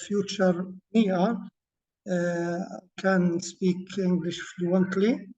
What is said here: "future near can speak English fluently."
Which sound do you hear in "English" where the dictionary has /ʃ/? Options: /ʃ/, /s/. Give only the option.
/ʃ/